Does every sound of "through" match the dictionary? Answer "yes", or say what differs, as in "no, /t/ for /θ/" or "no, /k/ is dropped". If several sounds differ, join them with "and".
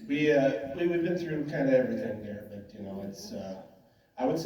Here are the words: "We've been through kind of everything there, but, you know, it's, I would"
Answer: yes